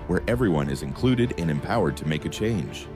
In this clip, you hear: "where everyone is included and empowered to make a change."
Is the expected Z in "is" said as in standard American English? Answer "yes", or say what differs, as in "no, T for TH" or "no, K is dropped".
yes